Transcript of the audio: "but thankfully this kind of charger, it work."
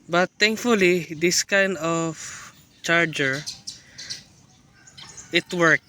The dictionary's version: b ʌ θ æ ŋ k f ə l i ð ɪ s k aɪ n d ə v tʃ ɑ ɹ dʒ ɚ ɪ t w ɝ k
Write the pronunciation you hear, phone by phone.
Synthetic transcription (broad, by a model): b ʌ t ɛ ŋ k f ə l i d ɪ s k aɪ n d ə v tʃ ɑ ɹ dʒ ɚ ɪ t w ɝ k